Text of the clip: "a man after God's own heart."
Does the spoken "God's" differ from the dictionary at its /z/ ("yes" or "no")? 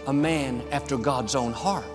no